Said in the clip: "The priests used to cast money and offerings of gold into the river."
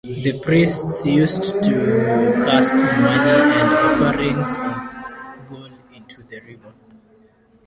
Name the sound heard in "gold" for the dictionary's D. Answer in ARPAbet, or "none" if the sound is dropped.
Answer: none